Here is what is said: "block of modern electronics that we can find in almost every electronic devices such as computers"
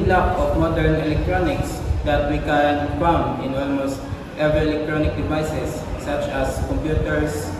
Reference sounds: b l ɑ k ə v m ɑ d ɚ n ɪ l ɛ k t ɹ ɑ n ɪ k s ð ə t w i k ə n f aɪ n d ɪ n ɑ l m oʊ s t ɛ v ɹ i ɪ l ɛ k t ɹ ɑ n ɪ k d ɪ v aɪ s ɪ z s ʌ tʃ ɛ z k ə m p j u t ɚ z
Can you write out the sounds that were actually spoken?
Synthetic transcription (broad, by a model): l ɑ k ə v m ɑ d ɚ n ɪ l ɛ k t ɹ ɑ n ɪ k s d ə t w i k ə n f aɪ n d ɪ n ɑ l m oʊ s t ɛ v ɹ i ɪ l ɛ k t ɹ ɑ n ɪ k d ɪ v aɪ s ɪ s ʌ tʃ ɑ s k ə m p j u t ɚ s